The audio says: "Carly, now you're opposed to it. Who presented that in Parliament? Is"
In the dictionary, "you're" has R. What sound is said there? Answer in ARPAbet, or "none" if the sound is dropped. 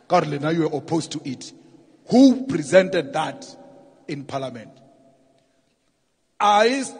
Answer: W